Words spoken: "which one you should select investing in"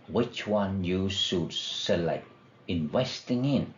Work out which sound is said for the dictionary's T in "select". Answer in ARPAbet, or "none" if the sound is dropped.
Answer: none